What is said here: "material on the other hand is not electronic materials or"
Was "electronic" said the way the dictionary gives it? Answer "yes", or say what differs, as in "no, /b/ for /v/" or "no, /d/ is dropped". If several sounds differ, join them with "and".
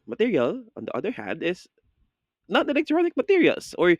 no, /n/ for /l/